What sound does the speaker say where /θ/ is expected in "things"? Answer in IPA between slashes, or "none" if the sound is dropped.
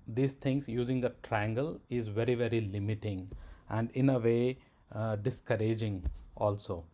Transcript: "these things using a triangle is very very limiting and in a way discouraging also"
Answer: /t/